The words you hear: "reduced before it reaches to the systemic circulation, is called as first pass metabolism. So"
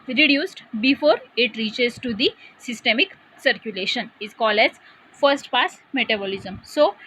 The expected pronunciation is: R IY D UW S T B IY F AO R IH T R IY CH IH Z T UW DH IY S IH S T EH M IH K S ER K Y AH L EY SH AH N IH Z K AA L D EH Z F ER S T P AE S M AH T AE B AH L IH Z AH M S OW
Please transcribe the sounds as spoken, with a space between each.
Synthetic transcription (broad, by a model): R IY D UW S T B IY F AO R IH T R IY CH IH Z T UW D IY S IH S T EH M IH K S ER K Y AH L EY SH AH N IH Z K AA L D EH Z F ER S T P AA S M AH T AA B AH L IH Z AH M S OW